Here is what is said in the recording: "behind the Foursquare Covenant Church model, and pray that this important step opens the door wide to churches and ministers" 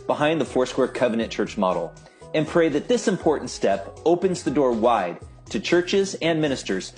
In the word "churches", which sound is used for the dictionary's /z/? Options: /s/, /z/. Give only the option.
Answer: /z/